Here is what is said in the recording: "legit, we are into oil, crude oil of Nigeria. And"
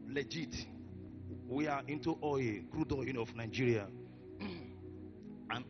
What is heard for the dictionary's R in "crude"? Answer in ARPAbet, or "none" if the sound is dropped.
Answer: R